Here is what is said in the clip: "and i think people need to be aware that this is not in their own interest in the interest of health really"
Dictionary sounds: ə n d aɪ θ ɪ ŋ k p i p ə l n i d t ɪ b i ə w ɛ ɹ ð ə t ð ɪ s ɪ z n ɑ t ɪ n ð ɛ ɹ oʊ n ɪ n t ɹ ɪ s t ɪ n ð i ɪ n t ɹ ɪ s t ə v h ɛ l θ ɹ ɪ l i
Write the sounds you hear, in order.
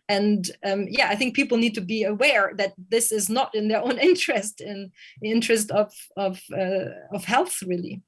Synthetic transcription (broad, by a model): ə n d aɪ θ ɪ ŋ k p i p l n i d t ɪ b i ə w ɛ ɹ ð ə t ð ɪ s ɪ z n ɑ t ɪ n ð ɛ ɹ oʊ n ɪ n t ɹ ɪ s t ɪ n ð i ɪ n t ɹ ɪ s t ə v h ɛ l θ ɹ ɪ l i